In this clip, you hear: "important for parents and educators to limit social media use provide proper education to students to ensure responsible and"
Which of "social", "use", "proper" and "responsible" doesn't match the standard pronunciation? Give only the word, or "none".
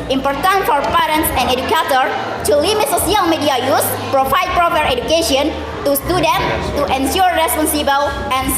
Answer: social